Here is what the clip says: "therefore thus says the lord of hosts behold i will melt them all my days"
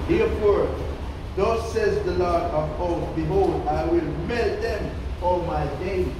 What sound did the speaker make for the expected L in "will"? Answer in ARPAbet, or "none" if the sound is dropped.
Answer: L